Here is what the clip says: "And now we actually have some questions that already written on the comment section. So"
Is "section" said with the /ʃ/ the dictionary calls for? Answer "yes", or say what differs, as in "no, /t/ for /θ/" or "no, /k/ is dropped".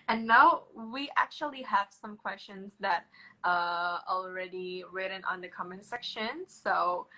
yes